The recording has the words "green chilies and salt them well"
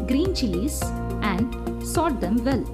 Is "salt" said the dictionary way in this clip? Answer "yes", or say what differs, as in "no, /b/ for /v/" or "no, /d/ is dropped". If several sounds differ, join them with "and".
no, /l/ is dropped